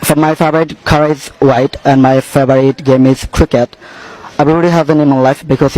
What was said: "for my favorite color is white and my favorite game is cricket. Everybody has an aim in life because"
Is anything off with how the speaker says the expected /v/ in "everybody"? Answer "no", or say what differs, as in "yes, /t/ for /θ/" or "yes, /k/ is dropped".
yes, /b/ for /v/